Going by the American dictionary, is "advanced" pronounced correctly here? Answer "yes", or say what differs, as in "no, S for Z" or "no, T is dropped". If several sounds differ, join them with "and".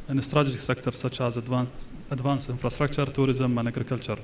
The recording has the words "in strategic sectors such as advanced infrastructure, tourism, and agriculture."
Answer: no, T is dropped